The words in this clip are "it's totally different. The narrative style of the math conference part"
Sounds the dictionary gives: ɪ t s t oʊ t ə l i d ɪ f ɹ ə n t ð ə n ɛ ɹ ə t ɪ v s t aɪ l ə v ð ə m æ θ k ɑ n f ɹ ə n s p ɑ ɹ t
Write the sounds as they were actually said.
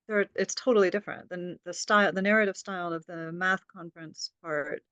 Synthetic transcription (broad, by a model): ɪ t s t oʊ t l i d ɪ f ɹ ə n t ð ə n ɛ ɹ ə t ɪ v s t aɪ l ə v ð ə m æ θ k ɑ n f ɹ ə n s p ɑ ɹ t